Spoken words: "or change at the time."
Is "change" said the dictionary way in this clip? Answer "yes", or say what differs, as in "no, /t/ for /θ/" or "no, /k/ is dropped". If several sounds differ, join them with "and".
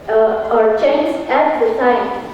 no, /z/ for /dʒ/